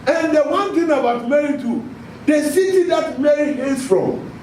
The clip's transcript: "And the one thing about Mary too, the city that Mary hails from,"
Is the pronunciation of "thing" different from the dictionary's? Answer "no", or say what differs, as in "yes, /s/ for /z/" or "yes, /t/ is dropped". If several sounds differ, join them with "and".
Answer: yes, /t/ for /θ/